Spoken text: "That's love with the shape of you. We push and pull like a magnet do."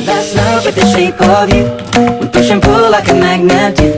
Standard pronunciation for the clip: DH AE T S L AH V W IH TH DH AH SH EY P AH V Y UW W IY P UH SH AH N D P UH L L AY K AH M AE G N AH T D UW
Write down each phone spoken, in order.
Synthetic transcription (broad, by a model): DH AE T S N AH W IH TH DH AH SH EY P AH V Y UW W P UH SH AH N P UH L L AY K AH M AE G N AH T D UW